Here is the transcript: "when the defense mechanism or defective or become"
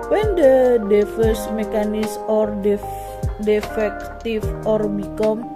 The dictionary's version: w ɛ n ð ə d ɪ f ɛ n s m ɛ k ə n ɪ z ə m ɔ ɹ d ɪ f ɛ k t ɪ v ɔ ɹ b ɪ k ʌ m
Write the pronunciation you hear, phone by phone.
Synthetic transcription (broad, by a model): w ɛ n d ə d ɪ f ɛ s m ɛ k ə n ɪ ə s ɔ ɹ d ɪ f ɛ k t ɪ f ɔ ɹ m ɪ k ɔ m